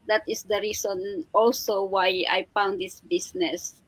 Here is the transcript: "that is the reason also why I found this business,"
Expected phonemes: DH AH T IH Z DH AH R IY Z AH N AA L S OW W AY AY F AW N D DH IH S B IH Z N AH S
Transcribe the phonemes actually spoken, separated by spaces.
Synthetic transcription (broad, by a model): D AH T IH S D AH R IY S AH N AA L S OW W AY AY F AW N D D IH S B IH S N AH S